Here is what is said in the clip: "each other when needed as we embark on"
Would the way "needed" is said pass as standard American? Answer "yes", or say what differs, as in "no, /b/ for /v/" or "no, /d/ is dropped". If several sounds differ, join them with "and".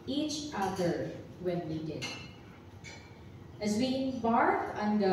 no, /l/ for /n/